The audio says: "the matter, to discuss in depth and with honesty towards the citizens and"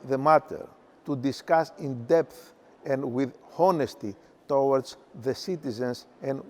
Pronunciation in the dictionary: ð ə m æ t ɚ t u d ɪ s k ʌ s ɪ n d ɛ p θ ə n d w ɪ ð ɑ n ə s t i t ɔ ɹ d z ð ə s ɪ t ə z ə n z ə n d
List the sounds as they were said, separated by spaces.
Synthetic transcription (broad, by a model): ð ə m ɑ t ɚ t u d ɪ s k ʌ s ɪ n d ɛ p θ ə n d w ɪ ð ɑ n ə s t i t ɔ w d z ð ə s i t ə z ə n s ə n